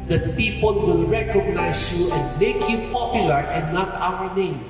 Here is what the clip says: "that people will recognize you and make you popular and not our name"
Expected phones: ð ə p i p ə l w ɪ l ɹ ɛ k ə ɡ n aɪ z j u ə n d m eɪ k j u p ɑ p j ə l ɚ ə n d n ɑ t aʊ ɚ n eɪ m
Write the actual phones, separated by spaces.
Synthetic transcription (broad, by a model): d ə p i p ə l w ɪ l ɹ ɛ k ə ɡ n aɪ s j u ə n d m eɪ k j u p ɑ p j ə l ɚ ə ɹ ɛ n ɑ t aʊ ɚ n eɪ m